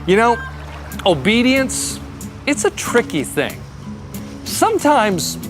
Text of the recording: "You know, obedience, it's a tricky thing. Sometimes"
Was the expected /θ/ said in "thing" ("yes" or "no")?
yes